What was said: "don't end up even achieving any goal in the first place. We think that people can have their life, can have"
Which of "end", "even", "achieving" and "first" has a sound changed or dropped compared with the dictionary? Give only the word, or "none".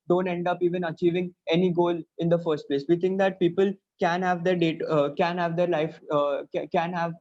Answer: none